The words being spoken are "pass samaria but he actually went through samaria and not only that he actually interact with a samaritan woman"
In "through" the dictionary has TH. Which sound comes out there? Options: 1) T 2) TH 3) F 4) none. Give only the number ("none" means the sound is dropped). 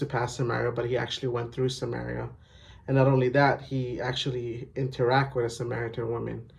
2